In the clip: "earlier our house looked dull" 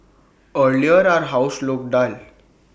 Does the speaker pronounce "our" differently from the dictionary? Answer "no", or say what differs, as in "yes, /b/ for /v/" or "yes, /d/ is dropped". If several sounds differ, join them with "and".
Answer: no